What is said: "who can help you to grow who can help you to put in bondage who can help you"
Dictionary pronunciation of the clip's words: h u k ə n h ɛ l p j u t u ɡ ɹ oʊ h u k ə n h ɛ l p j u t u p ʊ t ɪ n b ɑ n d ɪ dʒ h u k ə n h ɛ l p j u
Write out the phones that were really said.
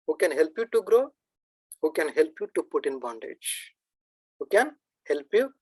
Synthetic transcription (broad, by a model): h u k ə n h ɛ l p j u t u ɡ ɹ oʊ h u k ə n h ɛ l p j u t u p ʊ t ɪ n b ɑ n d ɪ dʒ h u k ə n h ɛ l p j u